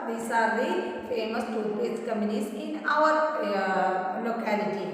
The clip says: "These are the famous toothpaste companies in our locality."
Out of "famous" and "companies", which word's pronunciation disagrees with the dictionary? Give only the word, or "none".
companies